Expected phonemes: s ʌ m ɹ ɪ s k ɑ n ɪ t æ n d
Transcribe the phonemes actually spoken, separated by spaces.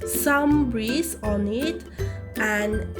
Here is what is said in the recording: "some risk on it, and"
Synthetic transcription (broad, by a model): s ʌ m ɹ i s ɑ n ɪ t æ n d